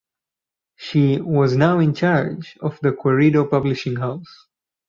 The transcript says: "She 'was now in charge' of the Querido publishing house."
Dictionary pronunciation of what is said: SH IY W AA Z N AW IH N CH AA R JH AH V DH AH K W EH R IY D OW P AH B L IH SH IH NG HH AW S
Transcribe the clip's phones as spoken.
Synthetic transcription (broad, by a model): SH IY W AA Z N AW IH N CH AA R JH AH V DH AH K W EH R IY D OW P AH B L IH SH IH NG HH AW S